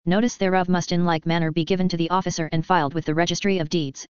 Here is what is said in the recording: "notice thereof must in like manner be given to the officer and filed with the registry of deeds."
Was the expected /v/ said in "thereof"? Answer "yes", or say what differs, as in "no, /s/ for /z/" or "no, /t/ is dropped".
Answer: yes